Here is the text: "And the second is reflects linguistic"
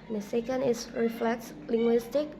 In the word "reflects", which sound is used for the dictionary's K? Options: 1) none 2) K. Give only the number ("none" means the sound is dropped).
2